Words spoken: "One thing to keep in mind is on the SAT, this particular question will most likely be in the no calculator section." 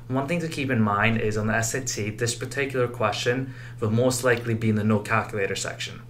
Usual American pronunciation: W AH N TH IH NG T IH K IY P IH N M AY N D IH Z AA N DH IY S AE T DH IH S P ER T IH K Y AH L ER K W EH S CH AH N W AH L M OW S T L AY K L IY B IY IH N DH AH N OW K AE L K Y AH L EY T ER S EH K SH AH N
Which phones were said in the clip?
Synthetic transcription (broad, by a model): W AH N TH IH NG T IH K IY P IH N M AY N D IH Z N DH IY S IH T DH IH S P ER T IH K Y L ER K W EH S CH AH N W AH M OW S T L AY K L IY B IY IH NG DH AH N OW K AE L K Y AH L EY T ER S EH K SH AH N